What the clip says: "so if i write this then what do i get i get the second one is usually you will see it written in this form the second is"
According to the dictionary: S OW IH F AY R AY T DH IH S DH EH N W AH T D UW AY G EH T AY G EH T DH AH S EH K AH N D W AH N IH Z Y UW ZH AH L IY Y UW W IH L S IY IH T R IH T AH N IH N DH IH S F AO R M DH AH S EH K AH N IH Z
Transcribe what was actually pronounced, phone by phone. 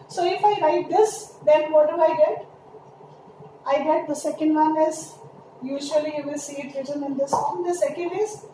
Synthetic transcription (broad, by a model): S OW IH F AY R AY T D IH S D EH N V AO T D UW AY G EH T AY G EH T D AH S EH K AH N D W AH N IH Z Y UW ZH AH IY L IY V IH L S IY IH T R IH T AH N IH N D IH S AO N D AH S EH K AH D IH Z